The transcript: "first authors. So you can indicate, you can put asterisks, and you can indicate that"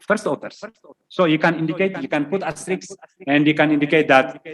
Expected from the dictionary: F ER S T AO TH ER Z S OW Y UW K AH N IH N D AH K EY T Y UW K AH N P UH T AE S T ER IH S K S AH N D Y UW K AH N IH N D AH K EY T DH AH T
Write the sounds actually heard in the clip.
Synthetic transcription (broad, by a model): F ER S T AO T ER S S OW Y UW K AH N IH N D AH K EY T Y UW K AH N P UH T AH S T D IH K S AH N D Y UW K AH N IH N D AH K EY T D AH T